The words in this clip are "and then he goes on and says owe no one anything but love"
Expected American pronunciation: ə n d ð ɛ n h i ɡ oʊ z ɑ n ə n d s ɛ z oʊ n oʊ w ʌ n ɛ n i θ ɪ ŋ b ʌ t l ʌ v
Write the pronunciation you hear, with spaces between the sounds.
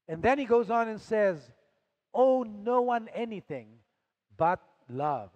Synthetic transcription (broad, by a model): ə n ð ɛ n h i ɡ oʊ z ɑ n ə n s ɛ z oʊ n oʊ w ʌ n ɛ n i θ ɪ ŋ b ʌ t l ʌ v